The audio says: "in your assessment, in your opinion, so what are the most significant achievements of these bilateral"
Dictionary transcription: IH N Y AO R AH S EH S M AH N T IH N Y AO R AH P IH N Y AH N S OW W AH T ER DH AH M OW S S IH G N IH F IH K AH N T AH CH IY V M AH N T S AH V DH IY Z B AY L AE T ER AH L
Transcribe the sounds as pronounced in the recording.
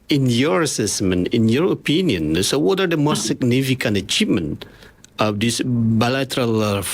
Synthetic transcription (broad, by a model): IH N Y AO R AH S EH S M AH N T IH N Y AO R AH P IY N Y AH N S OW W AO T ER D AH M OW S S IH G N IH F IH K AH N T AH CH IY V M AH N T AH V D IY S B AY L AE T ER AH L